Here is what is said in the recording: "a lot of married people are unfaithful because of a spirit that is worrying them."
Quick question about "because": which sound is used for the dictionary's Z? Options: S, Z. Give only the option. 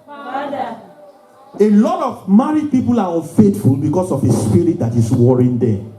S